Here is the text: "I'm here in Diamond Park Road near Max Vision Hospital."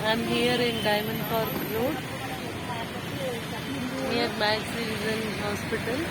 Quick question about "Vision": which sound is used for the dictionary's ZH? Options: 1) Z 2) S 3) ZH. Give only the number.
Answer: 1